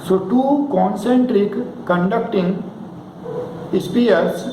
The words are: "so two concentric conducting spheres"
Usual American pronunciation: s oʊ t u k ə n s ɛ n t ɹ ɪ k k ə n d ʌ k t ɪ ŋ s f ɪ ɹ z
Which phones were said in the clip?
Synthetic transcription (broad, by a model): s oʊ t u k ə n s ɛ n t ɹ ɪ k k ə n d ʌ k t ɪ ŋ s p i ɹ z